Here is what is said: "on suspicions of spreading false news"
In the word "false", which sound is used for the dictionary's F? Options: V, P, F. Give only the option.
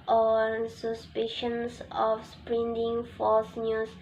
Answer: F